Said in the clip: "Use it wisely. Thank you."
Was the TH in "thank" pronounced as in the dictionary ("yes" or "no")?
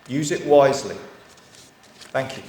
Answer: yes